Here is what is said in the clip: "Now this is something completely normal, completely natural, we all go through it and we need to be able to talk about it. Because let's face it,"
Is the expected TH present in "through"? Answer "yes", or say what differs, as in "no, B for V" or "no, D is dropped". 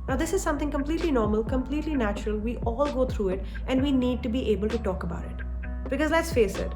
no, T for TH